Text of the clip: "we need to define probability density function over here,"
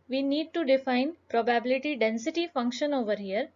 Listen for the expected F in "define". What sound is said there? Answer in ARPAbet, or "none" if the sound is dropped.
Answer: F